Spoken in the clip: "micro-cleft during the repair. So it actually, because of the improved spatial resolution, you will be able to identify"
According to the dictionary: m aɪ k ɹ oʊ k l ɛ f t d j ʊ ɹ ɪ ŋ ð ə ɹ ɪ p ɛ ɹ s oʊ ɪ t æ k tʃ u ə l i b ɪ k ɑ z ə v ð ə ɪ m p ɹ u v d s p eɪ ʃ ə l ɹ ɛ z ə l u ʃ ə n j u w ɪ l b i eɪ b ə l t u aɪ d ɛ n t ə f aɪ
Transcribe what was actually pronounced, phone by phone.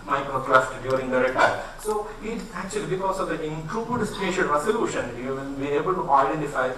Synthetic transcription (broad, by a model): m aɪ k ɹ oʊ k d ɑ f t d j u ɹ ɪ ŋ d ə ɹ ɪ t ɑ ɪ s oʊ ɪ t æ k tʃ u ə l i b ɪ k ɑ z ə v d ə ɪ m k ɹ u b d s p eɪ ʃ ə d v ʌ s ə l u ʃ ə n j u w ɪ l b i eɪ b ə l t u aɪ d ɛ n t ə f aɪ